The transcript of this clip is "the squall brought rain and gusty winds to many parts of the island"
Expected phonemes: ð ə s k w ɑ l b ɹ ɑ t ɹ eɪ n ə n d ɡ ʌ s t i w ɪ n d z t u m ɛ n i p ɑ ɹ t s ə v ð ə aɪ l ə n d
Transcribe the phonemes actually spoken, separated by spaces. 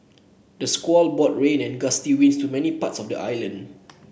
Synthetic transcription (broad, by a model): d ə s k w ɑ l b ɑ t ɹ eɪ n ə n ɡ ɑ s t i w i n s t u m ɛ n i p ɑ t s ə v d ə aɪ l ə n d